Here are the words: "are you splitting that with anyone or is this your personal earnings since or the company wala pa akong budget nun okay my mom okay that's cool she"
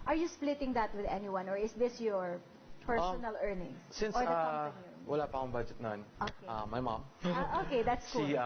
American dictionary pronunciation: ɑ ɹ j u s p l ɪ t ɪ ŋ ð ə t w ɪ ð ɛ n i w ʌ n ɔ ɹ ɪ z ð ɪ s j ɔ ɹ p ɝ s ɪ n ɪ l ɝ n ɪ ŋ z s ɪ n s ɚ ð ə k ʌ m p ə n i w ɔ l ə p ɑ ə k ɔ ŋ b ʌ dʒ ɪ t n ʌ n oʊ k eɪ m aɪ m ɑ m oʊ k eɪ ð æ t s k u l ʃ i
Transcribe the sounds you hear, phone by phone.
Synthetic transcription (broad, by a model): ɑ ɹ j u s p l ɪ t ɪ ŋ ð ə t w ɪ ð ɛ n i w ʌ n ɔ ɹ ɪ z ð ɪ s j ɔ ɹ p ɝ s ɪ n ɪ l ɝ n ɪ ŋ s s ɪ n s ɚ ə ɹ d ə i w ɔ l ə p ɑ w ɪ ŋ b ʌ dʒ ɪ t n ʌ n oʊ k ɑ m aɪ m ɑ m oʊ k eɪ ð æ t s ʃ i